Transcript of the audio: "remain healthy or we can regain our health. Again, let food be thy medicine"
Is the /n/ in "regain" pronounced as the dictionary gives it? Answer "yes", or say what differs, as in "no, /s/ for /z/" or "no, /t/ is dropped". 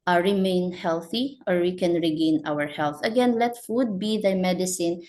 yes